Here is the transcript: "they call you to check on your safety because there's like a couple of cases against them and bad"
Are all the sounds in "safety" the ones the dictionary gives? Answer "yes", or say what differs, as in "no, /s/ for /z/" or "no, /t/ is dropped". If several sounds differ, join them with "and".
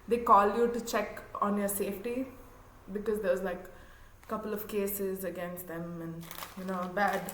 yes